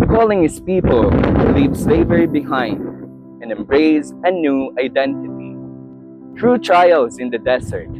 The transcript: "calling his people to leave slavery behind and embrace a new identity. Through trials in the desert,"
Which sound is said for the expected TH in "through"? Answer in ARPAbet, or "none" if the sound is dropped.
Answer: T